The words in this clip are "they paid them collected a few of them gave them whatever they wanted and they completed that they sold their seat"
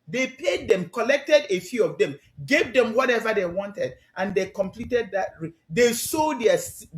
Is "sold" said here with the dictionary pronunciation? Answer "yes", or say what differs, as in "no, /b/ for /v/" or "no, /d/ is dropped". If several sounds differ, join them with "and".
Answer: no, /l/ is dropped